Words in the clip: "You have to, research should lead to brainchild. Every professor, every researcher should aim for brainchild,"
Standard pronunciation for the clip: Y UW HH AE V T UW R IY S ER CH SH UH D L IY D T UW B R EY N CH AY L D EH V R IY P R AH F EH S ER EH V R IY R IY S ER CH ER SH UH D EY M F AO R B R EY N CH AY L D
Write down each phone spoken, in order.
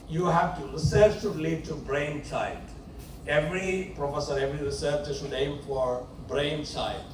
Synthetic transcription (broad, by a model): Y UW HH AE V T UW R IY S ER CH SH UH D L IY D T UW B R EY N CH AY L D EH V R IY P R AH F EH S ER EH V R IY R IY S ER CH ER S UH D EY M F AO R B R EY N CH AY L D